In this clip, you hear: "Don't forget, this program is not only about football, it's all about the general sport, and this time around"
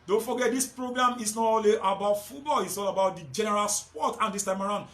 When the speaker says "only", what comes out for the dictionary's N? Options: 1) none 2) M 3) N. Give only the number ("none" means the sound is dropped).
1